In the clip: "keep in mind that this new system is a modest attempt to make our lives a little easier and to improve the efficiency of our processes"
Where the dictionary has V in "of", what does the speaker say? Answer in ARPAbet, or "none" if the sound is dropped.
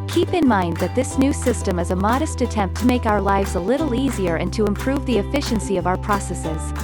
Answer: V